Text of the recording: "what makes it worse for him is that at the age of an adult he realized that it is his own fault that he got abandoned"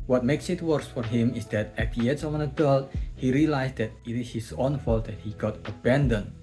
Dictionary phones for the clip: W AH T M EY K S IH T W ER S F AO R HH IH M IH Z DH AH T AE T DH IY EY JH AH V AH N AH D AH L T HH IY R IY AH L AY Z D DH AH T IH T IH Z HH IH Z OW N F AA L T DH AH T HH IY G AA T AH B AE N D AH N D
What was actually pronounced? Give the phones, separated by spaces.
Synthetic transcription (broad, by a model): W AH T M EY K S IH T W ER S F AO R HH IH M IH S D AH T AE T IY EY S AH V AH N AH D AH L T HH IY R IY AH L AY S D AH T IH T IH S HH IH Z OW N F AA L T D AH T HH IY G AA T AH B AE N D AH N